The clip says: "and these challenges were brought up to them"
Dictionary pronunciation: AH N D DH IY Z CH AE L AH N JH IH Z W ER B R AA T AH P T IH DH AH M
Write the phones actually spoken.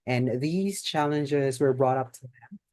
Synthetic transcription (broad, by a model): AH N DH IY Z CH AE L AH N JH IH Z W ER B R AA T AH P T IH DH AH M